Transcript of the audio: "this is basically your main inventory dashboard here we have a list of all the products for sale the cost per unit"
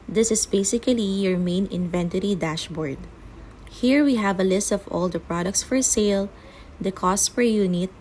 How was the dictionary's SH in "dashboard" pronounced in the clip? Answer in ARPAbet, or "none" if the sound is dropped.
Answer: SH